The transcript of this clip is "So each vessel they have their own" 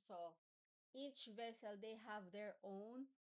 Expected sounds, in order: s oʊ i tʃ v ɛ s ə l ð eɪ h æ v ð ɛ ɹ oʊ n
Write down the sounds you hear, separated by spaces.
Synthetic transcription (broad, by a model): s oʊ i tʃ v ɛ s ə l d eɪ h æ v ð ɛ ɹ oʊ n